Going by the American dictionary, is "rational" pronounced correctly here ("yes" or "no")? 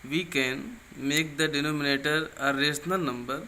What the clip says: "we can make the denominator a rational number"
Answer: no